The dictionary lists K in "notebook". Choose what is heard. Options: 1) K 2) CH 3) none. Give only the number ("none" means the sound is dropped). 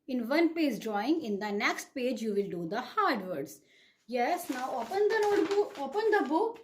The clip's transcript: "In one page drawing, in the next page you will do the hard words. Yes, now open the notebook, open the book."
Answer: 3